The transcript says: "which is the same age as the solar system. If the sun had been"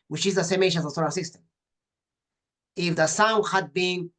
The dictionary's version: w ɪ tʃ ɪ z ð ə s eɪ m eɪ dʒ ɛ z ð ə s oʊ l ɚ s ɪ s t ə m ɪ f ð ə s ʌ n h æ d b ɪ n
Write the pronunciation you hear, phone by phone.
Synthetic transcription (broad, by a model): w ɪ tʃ ɪ z ð ə s eɪ m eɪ ʃ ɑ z ð ə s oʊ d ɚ s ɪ s t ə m ɪ f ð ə s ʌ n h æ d b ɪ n